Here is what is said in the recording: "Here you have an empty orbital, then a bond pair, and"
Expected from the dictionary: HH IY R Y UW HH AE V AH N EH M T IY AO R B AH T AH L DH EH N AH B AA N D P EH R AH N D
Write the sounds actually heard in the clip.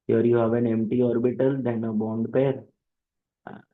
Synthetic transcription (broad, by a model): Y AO R Y UW HH AE V AH N EH M T IY AO R B AH T AH L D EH N AH B AA N D P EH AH D